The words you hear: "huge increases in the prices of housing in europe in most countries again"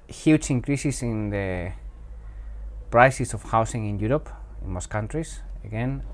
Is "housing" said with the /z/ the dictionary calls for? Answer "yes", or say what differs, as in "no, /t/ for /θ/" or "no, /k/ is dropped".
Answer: no, /s/ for /z/